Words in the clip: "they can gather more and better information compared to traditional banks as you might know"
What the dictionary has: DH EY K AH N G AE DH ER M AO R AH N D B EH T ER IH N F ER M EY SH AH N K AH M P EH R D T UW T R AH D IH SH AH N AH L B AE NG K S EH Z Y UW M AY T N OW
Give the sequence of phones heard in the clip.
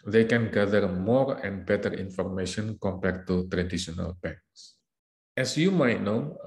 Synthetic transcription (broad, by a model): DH EY K AH N G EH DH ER M AO R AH N B EH T ER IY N F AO M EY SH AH N K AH M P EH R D T UW T R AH D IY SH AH N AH L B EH K S EH S Y UW M AY T N OW